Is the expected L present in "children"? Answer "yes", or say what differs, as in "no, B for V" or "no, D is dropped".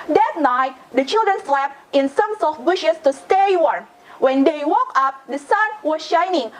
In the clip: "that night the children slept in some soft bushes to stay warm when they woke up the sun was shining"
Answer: yes